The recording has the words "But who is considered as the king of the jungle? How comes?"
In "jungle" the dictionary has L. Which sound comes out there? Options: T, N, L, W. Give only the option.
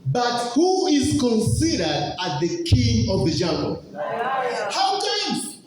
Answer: N